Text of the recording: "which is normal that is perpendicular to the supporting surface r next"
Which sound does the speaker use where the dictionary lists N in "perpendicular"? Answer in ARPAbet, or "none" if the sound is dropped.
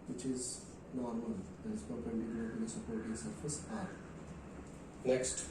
none